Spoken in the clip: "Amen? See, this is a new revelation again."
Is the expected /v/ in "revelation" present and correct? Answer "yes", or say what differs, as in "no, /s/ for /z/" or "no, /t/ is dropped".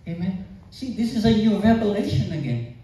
no, /p/ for /v/